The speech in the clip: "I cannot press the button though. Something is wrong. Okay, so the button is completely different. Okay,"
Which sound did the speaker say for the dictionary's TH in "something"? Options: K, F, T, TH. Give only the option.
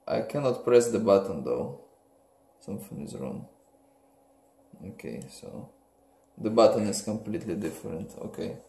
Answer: F